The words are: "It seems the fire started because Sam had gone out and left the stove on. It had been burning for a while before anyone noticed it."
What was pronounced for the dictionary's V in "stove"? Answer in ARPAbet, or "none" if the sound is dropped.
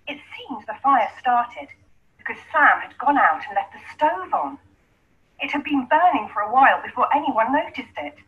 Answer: V